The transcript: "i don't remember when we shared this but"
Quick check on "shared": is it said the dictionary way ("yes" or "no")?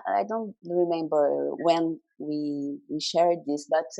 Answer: yes